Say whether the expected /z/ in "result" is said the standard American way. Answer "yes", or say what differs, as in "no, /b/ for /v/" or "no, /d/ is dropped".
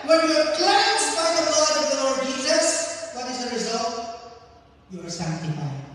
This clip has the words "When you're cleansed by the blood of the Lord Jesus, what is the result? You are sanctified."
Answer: yes